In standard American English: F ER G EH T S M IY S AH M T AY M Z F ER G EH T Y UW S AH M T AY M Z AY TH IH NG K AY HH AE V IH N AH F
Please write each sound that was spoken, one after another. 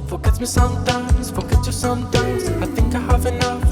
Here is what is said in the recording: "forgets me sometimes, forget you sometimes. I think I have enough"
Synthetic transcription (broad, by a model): F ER G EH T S M IY S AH M T AY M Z F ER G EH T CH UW S AH M T AY M Z AY TH IH NG K AY HH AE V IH N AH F